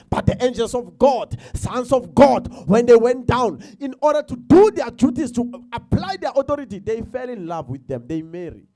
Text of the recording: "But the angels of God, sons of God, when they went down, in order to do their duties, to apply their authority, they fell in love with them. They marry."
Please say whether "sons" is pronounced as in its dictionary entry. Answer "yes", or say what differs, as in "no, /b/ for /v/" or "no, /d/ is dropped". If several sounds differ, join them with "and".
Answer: no, /s/ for /z/